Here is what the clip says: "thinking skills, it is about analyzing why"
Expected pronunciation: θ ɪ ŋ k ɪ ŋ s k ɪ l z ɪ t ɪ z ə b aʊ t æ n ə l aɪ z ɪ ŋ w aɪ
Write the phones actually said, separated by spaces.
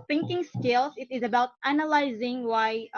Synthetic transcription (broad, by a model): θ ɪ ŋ k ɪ ŋ s k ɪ l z ɪ t ɪ z ə b aʊ t æ n ə l aɪ z ɪ ŋ w aɪ